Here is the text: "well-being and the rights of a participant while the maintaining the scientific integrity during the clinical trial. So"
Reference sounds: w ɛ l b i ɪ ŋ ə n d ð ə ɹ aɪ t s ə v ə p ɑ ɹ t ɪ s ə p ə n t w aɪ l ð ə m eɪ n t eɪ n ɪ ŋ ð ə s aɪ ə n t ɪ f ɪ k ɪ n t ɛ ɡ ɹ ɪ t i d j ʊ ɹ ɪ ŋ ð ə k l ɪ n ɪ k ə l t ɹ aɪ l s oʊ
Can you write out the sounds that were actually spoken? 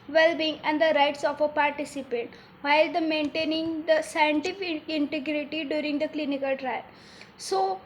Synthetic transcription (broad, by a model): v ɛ l b i ɪ ŋ ə n d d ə ɹ aɪ t s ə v ə p ɑ ɹ t ɪ s ə p ə n t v aɪ l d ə m eɪ n t eɪ n ɪ ŋ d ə s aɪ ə n t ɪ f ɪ k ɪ n t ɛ ɡ ɹ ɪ t i d j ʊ ɹ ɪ ŋ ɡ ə k l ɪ n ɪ k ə l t ɹ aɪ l s oʊ